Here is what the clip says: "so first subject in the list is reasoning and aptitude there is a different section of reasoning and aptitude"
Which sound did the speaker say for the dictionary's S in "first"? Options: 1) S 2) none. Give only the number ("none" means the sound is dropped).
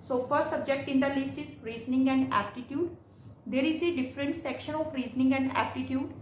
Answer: 2